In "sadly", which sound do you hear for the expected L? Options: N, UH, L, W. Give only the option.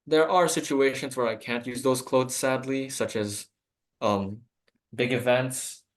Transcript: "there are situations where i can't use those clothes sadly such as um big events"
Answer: L